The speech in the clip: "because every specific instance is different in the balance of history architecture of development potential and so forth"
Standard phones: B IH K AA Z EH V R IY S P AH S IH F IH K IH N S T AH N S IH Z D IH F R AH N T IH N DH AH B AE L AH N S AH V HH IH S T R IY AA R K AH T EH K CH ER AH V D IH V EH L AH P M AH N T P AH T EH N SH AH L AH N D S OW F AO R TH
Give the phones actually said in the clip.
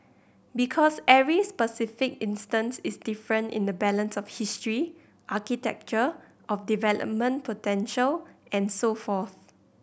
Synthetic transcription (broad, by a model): B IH K AA S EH R IY S P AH S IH F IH K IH N S T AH N S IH S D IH F R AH N T IH N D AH B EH L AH N S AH F HH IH S T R IY AA K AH T EH K CH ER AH F D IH V EH L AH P M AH N P AH T EH N SH AH L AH N S OW F AO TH